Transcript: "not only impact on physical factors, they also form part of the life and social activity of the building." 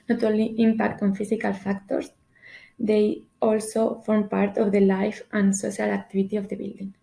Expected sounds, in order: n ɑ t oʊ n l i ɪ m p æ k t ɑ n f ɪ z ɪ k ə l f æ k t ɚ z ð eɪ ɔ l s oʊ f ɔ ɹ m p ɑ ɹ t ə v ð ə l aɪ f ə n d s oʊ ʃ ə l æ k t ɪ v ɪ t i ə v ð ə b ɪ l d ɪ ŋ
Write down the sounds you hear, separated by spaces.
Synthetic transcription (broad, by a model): n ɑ t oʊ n l i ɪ m p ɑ k t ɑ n f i s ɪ k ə l f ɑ k t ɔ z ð eɪ ɔ l s oʊ f ɔ ɹ m p ɑ ɹ t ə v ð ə l aɪ f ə n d s oʊ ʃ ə l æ k t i b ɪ t i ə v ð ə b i l d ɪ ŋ